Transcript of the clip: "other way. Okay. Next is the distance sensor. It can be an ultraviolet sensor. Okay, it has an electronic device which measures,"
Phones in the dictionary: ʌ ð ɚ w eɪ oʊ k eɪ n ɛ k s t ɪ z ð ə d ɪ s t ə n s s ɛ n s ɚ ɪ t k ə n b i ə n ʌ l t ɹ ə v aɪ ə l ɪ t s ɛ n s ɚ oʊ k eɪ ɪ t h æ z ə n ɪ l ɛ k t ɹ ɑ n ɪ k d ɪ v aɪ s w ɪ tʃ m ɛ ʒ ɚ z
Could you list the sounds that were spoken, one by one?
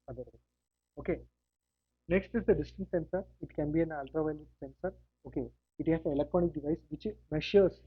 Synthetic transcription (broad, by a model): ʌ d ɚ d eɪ oʊ k eɪ n ɛ k s t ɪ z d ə d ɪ s t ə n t s ɛ n s ɚ ɪ t k ə n b i ə n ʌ l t ɹ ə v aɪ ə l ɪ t s ɛ n s ɚ oʊ k eɪ ɪ t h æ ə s ɪ l ɛ k t ɹ ɑ n ɪ k d ɪ v aɪ s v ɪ tʃ m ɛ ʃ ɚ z